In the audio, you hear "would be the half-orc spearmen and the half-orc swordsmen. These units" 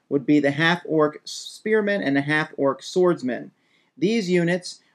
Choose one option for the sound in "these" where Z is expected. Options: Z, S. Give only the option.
Z